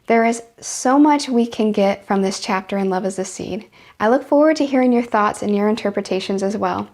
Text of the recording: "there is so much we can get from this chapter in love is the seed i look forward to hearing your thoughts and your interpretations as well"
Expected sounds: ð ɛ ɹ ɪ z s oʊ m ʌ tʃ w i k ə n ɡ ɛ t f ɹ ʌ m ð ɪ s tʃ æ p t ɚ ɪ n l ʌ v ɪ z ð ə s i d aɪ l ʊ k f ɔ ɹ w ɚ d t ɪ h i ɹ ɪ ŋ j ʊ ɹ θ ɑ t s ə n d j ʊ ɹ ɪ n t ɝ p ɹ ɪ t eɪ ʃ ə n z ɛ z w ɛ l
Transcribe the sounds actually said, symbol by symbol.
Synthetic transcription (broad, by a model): ð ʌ ɹ ɪ z s oʊ m ʌ tʃ w i k ə n ɡ ɛ t f ɹ ʌ m ð ɪ s tʃ æ p t ɚ ɪ n l ʌ v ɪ z ð ə s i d aɪ l ʊ k f ɔ ɹ w ɚ d t ɪ h i ɹ ɪ ŋ j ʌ ɹ θ ɑ t s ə n j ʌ ɹ ɪ n t ɝ p ɹ ɪ t eɪ ʃ ə n z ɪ z w ɛ l